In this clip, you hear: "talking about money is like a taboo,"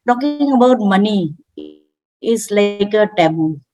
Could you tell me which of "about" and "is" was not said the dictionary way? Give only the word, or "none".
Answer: is